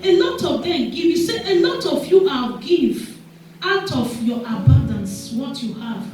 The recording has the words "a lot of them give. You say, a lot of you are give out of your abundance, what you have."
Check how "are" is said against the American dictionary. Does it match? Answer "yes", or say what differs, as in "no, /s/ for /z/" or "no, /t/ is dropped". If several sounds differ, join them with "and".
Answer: no, /l/ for /ɹ/